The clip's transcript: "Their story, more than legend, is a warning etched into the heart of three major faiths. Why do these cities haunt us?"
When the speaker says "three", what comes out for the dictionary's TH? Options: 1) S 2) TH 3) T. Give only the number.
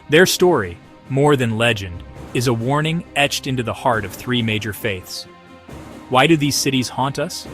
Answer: 2